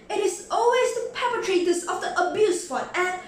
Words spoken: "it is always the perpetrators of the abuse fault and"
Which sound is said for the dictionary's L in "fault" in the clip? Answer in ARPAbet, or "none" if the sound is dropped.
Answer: none